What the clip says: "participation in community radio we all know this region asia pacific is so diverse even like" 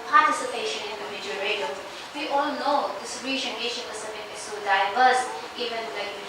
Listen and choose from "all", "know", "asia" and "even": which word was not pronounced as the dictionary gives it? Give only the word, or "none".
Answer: asia